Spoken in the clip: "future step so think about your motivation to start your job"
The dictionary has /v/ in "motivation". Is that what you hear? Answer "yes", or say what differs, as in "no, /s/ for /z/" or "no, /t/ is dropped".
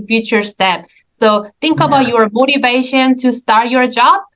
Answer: yes